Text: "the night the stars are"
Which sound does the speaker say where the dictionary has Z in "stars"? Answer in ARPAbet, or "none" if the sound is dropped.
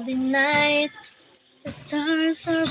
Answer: S